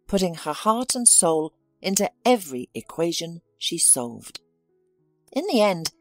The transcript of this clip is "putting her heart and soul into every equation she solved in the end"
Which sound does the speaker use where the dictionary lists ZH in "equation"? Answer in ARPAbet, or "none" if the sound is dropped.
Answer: ZH